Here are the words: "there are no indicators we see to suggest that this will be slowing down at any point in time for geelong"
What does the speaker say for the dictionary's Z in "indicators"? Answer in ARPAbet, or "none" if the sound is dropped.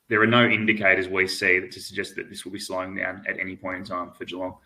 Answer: Z